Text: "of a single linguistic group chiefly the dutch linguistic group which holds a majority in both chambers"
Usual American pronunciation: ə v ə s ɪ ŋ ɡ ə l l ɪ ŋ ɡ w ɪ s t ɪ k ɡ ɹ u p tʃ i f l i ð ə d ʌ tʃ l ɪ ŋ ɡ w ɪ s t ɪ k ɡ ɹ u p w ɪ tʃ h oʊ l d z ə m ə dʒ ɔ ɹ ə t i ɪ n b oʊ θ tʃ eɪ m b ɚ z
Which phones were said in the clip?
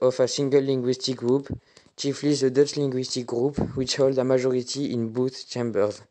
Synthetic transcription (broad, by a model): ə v ə s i ŋ ɡ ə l l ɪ ŋ ɡ w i s t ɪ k ɡ ɹ u p tʃ i f l i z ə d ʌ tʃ l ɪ ŋ ɡ w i s t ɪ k ɡ ɹ u p w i tʃ h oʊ l d ə m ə ʒ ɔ ɹ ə t i ɪ n b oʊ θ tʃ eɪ m b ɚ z